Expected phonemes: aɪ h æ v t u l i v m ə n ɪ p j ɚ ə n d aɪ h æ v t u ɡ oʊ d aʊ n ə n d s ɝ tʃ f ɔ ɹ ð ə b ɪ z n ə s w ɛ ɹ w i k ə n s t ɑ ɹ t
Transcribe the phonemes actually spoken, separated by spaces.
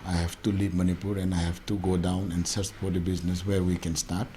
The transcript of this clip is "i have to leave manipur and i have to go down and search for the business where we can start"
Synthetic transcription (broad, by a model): aɪ h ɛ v t u l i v m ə n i p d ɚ ə n d aɪ h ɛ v t u ɡ oʊ d aʊ n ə n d s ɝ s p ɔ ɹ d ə b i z n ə s w ɛ ɹ w i k ə n s t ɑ ɹ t